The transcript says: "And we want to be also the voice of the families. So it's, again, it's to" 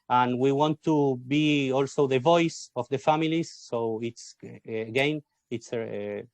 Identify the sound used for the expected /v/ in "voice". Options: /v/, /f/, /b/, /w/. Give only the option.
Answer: /v/